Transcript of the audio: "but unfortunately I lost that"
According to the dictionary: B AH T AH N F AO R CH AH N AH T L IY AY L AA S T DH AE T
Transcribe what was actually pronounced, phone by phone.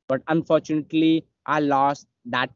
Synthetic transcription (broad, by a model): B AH T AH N F AO R CH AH N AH T L IY AY L AA S T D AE T